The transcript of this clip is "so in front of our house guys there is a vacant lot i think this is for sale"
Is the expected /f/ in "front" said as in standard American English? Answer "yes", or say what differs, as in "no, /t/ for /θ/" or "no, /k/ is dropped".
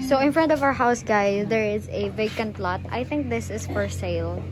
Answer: yes